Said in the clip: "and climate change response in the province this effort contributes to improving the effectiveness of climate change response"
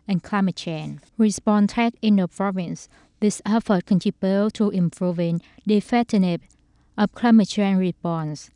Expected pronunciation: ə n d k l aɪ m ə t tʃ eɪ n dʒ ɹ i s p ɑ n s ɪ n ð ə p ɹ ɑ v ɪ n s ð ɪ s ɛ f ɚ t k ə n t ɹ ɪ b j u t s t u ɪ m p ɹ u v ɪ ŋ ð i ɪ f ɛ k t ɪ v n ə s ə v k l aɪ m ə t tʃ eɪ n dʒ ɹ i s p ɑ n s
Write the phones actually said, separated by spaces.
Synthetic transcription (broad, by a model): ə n k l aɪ m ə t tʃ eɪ n ɹ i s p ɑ n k ɪ n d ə p ɹ ɑ v ɪ n s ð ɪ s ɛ f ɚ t k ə n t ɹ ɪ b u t t u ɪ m p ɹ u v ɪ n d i f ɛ t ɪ n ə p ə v k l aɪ m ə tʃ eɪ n ɹ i s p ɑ n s